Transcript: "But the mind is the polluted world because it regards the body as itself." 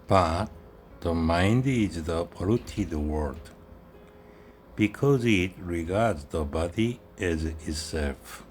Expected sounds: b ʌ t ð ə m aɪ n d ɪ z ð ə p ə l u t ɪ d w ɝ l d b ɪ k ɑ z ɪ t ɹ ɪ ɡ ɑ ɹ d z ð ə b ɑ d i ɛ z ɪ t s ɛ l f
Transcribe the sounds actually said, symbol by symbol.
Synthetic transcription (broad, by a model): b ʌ t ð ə m aɪ n d ɪ z ð ə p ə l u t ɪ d w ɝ d b ɪ k ɑ z ɪ t ɹ ɪ ɡ ɑ ɹ d z ð ə b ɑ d i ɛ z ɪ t s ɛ l f